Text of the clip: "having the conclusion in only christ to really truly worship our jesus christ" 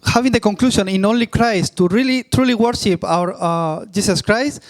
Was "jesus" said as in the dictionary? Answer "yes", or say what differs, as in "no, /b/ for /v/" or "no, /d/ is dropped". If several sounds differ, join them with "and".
no, /s/ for /z/